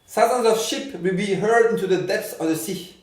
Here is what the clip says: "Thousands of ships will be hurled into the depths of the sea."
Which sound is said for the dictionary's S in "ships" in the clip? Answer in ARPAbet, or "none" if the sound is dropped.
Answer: none